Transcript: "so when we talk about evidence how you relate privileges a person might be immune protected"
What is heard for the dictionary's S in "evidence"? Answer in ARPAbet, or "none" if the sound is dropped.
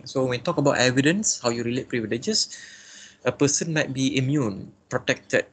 S